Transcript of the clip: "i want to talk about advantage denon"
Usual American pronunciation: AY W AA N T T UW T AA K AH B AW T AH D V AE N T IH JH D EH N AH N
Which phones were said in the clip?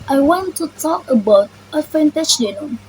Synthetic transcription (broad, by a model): AY W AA N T T UW T AA K AH B AW T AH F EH N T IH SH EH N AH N